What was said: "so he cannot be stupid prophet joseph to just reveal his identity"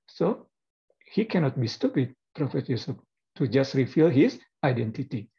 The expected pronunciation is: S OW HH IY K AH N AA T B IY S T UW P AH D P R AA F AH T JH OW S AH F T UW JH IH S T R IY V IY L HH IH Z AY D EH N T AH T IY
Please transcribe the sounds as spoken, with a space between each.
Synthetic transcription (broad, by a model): S OW HH IY K AH N AA T B IY S T UW P AH D P R AA F AH T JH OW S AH P T UW JH IH S T R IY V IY L HH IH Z AY D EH N T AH T IY